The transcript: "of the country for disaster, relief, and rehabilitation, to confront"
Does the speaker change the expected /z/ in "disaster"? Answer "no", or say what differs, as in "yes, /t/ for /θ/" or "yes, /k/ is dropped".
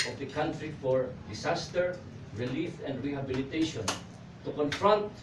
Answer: yes, /s/ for /z/